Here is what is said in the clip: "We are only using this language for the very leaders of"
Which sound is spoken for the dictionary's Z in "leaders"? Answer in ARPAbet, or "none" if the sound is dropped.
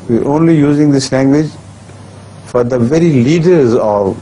Z